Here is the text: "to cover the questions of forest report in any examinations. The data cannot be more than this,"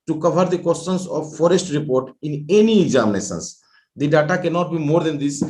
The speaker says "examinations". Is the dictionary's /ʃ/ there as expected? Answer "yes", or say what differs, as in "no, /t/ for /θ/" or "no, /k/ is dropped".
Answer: no, /s/ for /ʃ/